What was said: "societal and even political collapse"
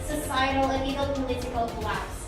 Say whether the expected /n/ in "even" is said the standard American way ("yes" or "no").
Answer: no